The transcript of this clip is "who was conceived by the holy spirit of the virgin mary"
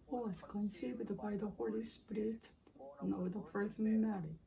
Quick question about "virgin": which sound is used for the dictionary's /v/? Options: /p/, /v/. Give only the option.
/p/